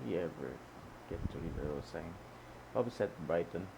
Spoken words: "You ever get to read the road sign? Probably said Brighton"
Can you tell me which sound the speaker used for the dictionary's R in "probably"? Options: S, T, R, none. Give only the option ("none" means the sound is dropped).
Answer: none